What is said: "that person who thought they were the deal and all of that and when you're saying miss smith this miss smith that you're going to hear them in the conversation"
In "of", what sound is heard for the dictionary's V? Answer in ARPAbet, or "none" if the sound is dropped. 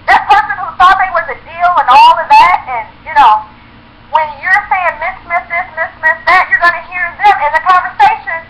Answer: V